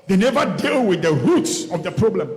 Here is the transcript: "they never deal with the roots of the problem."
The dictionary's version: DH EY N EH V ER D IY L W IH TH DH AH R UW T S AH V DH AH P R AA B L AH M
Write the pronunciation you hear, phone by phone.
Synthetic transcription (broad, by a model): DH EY N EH V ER D IY L W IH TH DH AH R UW T S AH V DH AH P R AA B L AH M